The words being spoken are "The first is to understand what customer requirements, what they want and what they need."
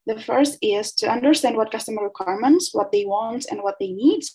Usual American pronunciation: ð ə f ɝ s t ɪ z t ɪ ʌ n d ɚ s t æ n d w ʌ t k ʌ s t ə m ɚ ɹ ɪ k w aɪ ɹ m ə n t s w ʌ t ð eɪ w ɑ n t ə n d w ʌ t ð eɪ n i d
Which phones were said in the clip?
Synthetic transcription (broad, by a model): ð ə f ɝ s t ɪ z t ɪ ʌ n d ɚ s t æ n d w ʌ t k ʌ s t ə m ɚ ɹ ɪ k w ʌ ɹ m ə n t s w ʌ t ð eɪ w ɑ n t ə n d w ʌ t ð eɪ n i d